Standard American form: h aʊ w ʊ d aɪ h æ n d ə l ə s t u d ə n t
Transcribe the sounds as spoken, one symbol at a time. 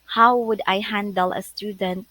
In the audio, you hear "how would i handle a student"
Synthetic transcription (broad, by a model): h aʊ w ʊ d aɪ h æ n d ə l ə s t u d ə n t